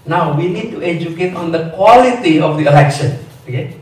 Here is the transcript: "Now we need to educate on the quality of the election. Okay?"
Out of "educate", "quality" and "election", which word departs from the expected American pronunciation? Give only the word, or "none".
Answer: none